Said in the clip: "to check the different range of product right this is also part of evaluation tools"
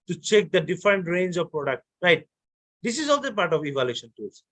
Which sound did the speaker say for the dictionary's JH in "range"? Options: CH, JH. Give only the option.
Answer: JH